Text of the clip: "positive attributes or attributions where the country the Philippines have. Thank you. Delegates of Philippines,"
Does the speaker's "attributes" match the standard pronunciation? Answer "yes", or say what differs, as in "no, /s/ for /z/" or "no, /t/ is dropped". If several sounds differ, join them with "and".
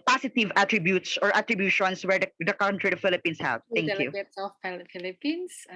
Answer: yes